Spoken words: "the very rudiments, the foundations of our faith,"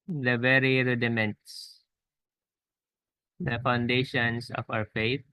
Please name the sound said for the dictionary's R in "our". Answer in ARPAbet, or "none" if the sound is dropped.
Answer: W